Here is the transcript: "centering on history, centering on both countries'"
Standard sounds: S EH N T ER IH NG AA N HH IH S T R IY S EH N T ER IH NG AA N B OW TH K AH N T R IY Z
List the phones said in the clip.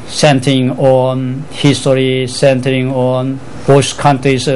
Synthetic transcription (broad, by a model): S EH N T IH NG AA N HH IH S T R IY S EH N T ER IH NG AA N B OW S K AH N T R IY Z